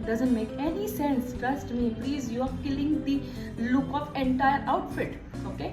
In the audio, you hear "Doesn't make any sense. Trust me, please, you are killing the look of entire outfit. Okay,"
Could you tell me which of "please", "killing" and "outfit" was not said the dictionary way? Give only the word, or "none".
none